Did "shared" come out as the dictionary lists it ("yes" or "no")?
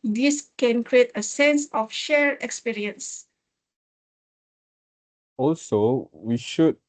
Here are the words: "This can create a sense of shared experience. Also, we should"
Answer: no